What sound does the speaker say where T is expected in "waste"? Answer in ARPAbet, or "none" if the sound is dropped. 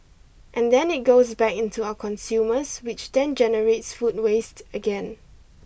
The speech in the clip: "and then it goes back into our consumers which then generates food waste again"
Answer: T